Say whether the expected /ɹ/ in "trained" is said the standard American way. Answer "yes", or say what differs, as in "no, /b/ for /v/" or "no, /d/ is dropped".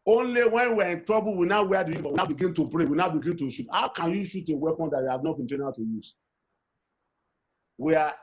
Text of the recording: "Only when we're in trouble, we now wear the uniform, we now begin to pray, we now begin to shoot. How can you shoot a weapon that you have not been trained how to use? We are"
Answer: no, /ɹ/ is dropped